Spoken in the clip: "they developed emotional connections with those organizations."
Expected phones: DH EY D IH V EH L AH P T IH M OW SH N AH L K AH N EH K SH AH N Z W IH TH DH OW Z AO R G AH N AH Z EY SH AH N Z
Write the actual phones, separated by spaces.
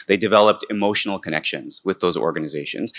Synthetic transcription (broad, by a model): DH EY D IH V EH L AH P T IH M OW SH N L K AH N EH K SH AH N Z W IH DH OW Z AO R G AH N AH Z EY SH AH N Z